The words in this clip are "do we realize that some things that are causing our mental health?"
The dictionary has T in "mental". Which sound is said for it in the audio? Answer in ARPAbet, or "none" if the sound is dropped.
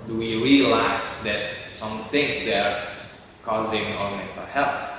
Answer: S